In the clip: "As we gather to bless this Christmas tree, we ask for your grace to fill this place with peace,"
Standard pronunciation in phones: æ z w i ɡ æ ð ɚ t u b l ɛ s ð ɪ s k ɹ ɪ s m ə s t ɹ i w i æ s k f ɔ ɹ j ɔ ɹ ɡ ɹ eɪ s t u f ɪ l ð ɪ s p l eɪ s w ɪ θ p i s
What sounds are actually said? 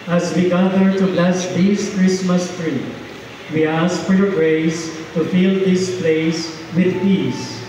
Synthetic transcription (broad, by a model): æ z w i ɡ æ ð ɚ t u b l ɛ s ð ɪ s k ɹ ɪ s m ə s t ɹ i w i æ s k f ɔ ɹ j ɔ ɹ ɡ ɹ eɪ s t u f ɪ l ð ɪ s p l eɪ s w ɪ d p i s